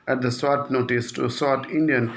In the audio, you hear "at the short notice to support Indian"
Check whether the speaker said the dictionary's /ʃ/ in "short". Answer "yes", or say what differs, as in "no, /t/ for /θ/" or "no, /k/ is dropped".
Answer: no, /s/ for /ʃ/